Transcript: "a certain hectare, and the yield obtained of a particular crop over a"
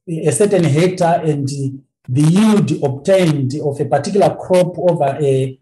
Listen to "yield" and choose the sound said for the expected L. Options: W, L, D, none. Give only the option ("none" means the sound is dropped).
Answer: none